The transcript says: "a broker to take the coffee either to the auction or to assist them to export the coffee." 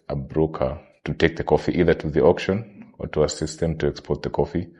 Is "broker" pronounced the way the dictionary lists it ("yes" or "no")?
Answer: yes